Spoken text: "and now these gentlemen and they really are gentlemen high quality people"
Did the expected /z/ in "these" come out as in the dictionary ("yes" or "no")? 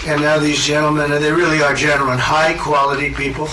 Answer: yes